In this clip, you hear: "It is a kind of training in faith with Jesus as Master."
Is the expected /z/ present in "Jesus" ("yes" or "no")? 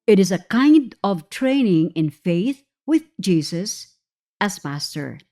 no